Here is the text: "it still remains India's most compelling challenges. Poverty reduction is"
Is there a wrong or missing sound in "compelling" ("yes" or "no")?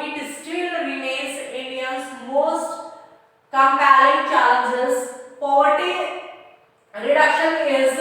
yes